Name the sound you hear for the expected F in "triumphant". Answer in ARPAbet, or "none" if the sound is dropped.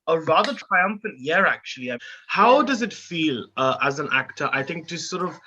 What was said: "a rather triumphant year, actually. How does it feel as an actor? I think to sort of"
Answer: F